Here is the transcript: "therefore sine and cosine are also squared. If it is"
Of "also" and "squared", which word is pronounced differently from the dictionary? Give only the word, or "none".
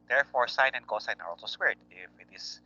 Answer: squared